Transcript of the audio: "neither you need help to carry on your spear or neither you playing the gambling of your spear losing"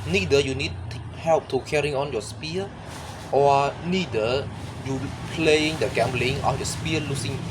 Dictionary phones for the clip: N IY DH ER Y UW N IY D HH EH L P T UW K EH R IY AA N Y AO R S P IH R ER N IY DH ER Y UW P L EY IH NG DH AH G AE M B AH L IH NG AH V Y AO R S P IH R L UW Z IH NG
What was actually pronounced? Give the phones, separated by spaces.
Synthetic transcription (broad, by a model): N IY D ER Y UW N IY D HH EH L P T UW K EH R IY AA N Y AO S P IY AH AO N IY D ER Y UW P L EY IH NG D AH G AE M B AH L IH NG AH F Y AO S P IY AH L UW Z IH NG